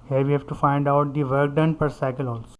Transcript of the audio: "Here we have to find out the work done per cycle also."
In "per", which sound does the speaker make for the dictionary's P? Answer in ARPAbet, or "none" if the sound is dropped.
P